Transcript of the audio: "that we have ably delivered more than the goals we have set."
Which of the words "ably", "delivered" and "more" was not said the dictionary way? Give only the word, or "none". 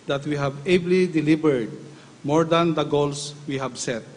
delivered